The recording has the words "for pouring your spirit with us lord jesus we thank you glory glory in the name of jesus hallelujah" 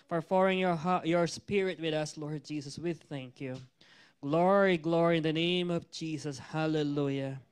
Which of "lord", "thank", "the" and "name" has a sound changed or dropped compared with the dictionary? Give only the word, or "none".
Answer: none